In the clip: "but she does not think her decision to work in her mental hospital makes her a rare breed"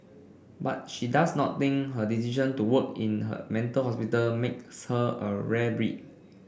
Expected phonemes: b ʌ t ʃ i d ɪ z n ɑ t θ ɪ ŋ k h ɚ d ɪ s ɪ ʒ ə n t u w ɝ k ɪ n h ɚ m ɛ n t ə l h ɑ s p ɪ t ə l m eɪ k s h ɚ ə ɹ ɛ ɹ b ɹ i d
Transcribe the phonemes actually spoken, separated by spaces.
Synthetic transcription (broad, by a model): b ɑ t ʃ i d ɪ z n ɑ t t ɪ ŋ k h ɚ d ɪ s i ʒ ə n t u w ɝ k ɪ n h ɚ m ɛ n t ə l h ɑ s p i t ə l m eɪ k s h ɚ ə ɹ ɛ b ɹ i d